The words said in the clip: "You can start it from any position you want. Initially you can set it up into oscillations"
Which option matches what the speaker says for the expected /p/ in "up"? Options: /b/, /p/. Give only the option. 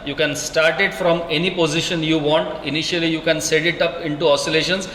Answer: /p/